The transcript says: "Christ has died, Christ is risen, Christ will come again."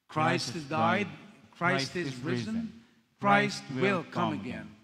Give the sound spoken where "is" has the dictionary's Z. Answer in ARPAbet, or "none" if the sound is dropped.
Z